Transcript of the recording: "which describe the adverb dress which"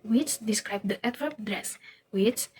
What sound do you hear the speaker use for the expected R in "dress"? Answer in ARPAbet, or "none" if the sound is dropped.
R